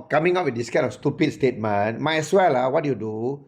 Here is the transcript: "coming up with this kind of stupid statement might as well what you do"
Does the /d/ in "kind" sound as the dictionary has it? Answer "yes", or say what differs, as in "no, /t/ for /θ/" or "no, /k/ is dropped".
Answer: no, /d/ is dropped